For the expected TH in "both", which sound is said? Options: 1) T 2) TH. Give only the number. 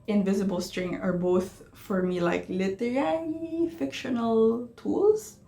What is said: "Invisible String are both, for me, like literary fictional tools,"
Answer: 2